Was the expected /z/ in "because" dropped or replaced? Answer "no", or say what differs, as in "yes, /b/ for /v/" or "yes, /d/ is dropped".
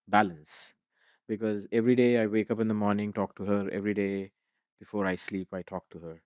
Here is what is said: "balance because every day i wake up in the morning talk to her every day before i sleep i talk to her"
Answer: no